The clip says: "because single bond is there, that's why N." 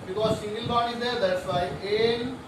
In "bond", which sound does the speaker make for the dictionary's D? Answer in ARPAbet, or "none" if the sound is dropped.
none